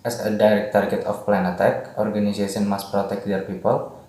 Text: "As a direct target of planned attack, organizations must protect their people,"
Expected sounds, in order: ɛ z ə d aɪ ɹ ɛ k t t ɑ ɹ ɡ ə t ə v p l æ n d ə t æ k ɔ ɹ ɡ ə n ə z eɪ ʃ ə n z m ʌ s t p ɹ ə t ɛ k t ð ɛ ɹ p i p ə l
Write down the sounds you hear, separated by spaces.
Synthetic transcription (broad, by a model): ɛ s ə d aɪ ɹ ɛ k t t ɑ ɹ ɡ ə t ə f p l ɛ n ə t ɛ k ɔ ɹ ɡ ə n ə s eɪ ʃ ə n m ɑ s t p ɹ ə t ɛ k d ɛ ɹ p i p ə l